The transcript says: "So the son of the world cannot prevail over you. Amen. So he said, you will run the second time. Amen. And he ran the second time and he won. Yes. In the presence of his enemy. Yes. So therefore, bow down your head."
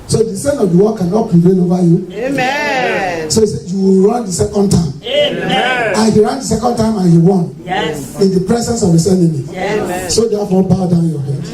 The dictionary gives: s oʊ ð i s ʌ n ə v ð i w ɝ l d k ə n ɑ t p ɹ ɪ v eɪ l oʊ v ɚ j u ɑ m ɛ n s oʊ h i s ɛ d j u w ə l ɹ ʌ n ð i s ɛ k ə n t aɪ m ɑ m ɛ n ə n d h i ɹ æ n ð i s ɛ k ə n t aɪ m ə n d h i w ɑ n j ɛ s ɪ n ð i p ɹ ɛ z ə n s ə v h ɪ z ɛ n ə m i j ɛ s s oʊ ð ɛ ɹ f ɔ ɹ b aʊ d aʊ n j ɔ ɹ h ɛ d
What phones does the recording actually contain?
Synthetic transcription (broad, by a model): s oʊ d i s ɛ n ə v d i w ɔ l k ə n ɑ t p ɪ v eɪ n oʊ v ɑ j u s oʊ h i s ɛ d j u w ə l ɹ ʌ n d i s ɛ k ə n t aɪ ɑ m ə n h i ɹ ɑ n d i s ɛ k ə n t aɪ m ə n h i w ɑ n ɪ n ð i p ɹ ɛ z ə n s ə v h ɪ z ɛ n ə m i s s oʊ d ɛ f ɔ b aʊ d aʊ n j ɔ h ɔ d